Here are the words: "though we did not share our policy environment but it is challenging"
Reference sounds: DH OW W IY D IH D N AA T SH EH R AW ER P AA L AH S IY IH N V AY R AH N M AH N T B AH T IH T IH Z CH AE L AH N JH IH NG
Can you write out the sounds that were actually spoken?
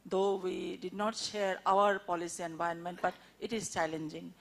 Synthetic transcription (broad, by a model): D OW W IY D IH D N AA T SH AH R AW ER P AA L AH S IY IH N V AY AH N M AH N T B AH T IH T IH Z CH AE L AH N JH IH NG